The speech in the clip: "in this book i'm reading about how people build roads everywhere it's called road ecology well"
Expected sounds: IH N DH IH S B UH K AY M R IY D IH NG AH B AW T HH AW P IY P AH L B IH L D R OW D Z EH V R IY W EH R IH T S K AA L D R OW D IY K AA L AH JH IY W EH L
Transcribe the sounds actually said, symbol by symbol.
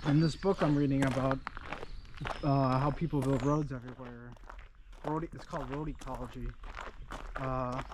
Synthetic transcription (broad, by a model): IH N DH IH S B UH K AY M R IY D IH NG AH B AW T HH AW P IY P L B IH L D R OW D Z EH V R IY W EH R IH T S K AA L D R OW D IY K AA L AH JH IY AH